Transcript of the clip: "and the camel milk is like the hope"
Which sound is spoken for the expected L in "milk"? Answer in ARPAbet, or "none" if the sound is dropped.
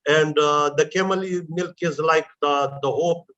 L